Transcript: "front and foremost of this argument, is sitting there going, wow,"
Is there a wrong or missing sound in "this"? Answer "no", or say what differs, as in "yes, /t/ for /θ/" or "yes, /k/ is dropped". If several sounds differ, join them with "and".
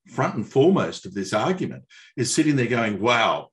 no